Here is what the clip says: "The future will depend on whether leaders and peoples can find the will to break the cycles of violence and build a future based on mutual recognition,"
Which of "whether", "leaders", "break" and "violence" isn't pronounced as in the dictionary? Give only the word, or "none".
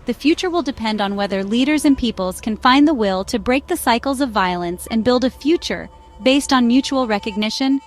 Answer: none